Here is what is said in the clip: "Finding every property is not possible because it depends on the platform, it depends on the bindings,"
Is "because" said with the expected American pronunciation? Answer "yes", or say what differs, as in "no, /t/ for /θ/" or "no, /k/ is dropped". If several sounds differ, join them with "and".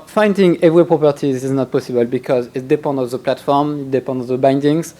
yes